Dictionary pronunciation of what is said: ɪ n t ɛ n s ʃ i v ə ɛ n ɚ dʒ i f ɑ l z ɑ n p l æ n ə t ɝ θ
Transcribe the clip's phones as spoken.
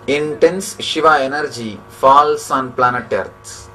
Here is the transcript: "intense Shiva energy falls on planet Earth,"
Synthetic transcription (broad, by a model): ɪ n t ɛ n s ʃ i v ə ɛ n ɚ dʒ i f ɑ l s ɑ n p l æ n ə t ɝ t